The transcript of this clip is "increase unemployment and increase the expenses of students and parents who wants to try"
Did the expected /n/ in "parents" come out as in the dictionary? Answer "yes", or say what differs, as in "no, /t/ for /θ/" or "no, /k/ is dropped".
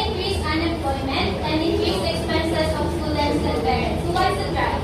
no, /n/ is dropped